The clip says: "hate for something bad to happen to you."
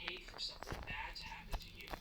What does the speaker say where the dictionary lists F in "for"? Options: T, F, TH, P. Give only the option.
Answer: F